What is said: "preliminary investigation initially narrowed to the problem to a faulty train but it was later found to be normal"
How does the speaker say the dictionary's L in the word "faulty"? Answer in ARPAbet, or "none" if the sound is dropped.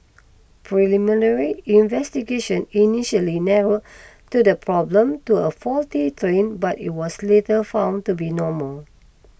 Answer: L